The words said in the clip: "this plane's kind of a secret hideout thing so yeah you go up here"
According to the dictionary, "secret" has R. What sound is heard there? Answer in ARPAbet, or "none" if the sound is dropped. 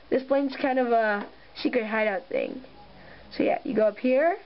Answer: none